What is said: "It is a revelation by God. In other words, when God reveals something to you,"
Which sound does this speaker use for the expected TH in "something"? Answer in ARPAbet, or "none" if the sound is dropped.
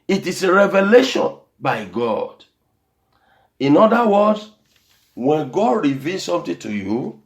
T